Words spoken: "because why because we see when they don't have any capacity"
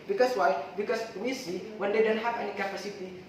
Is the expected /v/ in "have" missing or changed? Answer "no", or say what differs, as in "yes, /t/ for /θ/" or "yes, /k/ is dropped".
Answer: yes, /p/ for /v/